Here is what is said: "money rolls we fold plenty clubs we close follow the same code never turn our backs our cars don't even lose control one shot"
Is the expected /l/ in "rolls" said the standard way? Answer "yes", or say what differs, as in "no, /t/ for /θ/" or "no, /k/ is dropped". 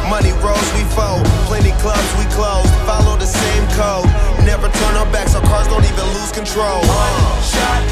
no, /l/ is dropped